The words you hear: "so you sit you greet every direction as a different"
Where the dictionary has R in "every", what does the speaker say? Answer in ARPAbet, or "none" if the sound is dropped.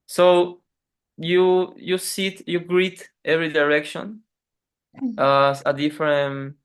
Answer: R